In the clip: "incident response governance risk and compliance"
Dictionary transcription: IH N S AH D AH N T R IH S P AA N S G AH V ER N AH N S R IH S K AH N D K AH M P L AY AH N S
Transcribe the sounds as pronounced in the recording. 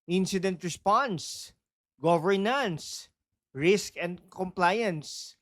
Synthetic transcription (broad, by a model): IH N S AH D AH N T R IH S P AA N S G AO V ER N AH N S R IH S K AH N D K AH M P L AY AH N S